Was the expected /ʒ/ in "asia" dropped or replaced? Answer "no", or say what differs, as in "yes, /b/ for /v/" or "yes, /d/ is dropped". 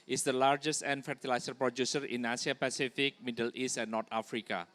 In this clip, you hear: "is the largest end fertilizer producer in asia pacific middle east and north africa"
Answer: yes, /s/ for /ʒ/